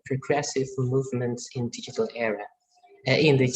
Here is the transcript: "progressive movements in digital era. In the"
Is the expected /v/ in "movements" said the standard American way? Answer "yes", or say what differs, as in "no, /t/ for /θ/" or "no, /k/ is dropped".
yes